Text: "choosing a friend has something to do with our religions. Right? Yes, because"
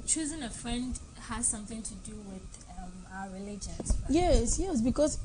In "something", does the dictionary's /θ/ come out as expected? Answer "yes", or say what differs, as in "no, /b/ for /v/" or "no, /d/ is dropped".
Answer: yes